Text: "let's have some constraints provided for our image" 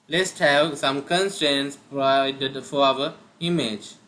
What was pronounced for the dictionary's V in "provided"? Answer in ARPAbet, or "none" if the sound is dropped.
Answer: none